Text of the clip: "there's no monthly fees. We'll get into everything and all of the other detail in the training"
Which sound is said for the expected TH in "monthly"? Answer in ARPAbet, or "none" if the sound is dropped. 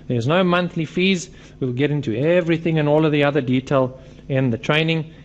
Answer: TH